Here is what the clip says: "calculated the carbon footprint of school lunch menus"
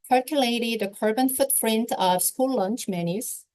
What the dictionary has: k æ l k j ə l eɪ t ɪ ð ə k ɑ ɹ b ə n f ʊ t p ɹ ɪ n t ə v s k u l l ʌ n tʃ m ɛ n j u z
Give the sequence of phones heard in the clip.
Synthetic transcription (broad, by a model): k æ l k j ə l eɪ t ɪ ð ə k ɑ ɹ b ə n f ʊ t f ɹ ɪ n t ə v s k u l l ʌ n tʃ m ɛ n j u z